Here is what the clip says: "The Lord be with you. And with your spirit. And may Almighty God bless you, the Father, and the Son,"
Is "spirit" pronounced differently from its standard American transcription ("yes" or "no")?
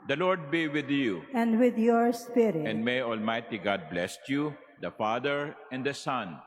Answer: yes